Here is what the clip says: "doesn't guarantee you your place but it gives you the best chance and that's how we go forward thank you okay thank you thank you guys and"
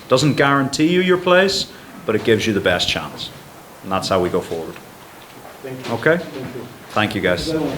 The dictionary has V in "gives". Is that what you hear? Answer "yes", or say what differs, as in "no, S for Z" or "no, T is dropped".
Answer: yes